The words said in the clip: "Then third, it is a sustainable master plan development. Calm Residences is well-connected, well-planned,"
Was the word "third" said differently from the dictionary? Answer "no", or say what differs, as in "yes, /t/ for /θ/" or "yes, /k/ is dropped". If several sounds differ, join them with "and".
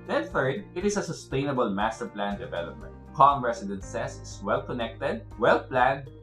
yes, /f/ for /θ/